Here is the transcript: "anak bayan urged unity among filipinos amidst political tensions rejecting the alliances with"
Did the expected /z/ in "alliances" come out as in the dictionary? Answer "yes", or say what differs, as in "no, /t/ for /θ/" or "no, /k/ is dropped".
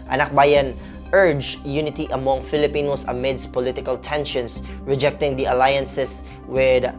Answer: no, /s/ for /z/